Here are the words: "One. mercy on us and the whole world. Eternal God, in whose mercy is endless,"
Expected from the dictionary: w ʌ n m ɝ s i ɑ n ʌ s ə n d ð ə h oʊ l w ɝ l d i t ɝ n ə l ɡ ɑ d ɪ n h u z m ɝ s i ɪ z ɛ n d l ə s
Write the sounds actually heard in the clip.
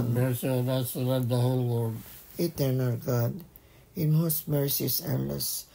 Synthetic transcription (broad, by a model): m ɝ s i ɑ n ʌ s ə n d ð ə h oʊ l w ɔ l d i t ɝ n ə l ɡ ɑ d ɪ n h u s m ɝ s i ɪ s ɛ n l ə s